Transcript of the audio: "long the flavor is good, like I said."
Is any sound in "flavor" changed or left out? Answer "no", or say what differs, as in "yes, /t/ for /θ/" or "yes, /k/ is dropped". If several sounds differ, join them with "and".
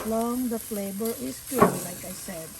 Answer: yes, /b/ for /v/